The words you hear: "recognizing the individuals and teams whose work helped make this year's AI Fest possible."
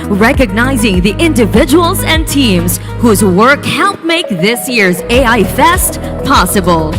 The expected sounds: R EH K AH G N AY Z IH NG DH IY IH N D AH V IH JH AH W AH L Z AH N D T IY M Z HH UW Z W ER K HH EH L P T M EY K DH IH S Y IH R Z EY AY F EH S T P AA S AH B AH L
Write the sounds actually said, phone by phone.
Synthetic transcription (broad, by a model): R EH K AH G N AY Z IH NG DH IY IH N D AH V IH JH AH W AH L Z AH N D T IY M Z HH UW Z W ER K HH EH L P M EY K DH IH S Y IH R Z EY AY F EH S T P AA S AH B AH L